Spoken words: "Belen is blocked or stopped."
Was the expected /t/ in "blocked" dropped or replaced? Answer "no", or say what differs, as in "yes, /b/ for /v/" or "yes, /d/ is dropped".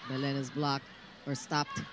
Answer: yes, /t/ is dropped